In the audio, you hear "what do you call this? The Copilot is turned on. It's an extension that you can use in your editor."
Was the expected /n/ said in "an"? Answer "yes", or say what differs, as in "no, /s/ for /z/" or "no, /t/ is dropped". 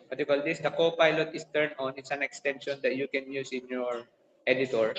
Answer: yes